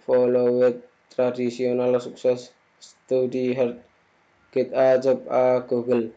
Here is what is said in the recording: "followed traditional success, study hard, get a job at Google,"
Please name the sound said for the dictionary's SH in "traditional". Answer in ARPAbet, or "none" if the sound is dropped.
S